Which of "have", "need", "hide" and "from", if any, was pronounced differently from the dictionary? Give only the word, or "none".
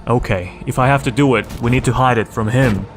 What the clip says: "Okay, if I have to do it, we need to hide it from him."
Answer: have